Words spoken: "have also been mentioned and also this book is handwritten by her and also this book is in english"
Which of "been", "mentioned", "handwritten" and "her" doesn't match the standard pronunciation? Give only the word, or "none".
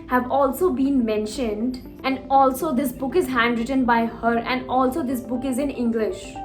none